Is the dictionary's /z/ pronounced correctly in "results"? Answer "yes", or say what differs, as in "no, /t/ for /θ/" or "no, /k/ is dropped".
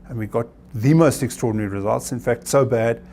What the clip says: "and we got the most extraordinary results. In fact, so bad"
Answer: yes